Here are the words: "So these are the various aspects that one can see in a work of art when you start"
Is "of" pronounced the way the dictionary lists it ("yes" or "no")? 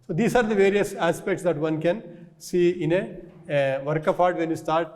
no